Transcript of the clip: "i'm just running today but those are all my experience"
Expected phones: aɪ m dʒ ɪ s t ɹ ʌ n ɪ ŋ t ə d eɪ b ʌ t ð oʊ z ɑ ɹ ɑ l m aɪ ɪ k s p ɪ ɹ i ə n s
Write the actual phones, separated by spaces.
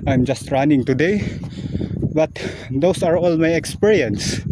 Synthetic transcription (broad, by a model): aɪ m dʒ ɪ s t ɹ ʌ n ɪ ŋ t ə d eɪ b ʌ t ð oʊ s ɑ ɹ ɑ l m aɪ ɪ k s p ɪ ɹ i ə n s